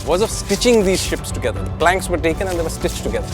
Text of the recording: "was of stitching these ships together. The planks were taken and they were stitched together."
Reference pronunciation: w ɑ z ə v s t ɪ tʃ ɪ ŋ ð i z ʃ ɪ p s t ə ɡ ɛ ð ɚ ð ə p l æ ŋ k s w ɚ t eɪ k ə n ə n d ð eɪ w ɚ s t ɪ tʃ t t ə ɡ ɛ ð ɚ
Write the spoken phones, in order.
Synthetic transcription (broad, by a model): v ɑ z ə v s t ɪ tʃ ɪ ŋ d i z ʃ ɪ p s t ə ɡ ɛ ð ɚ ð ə p l æ ŋ k s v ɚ t eɪ k ə n ə n d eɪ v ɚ s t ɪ tʃ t t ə ɡ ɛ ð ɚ